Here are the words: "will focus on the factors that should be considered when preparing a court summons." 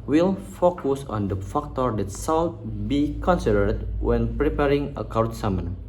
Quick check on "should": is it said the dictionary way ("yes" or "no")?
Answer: no